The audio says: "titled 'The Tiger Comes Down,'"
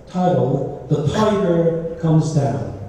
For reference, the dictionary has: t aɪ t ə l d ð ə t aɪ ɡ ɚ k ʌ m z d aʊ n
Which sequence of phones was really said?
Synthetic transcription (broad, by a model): t aɪ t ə l ð ə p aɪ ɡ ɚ k ʌ m z d aʊ n